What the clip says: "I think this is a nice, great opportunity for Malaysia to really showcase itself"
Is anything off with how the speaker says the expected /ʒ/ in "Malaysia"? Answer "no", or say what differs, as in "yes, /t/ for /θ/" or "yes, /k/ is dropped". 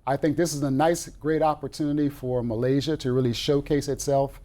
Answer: no